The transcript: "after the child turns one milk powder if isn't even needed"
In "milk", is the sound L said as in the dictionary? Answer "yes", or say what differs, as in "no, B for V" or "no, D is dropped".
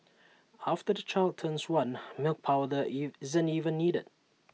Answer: yes